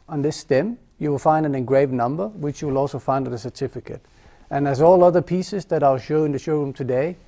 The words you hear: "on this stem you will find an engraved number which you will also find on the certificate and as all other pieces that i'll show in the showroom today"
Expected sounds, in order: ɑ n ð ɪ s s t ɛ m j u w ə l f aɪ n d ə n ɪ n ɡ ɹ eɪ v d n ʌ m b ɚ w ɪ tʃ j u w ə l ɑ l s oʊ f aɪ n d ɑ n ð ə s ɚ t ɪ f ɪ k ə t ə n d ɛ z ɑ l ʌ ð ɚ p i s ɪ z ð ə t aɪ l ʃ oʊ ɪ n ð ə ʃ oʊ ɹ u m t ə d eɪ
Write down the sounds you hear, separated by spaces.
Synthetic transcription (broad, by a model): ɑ n ð ɪ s s t ɛ m j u w ə l f aɪ n d ə n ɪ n ɡ ɹ eɪ v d n ʌ m b ɚ w ɪ tʃ j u w ə l ɑ l s oʊ f aɪ n d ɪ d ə s ɚ t ɪ f ɪ k ə t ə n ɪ z ɑ l ʌ ð ɚ p i s ɪ z ð ə t aɪ l ʃ oʊ ɪ n ð ə ʃ oʊ ɹ u m t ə d eɪ